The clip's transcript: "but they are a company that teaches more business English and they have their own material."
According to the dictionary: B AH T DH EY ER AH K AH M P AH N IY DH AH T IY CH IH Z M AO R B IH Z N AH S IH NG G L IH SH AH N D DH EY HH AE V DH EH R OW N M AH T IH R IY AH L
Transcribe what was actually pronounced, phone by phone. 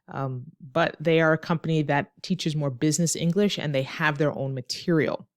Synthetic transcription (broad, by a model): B AH T DH EY ER AH K AH M P AH N IY DH AH T IY CH IH Z M AO R B IH Z N AH S IH NG G L IH SH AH N DH EY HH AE V DH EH R OW N M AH T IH R IY L